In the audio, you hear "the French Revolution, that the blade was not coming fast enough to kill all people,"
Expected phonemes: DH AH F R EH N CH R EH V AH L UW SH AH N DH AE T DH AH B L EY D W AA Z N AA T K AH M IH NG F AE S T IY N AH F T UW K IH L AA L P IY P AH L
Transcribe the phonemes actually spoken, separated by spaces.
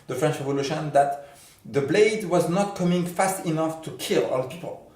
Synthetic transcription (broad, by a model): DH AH F R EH N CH R EH V AH L UW SH AH N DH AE T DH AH B L EY D W AA Z N AA T K AH M IH NG F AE S T IY N AH F T UW K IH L AA L P IY P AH L